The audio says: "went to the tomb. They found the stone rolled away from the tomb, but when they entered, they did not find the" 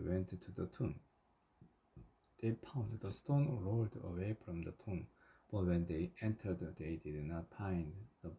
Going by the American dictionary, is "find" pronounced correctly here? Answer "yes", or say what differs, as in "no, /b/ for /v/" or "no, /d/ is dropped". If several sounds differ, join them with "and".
no, /p/ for /f/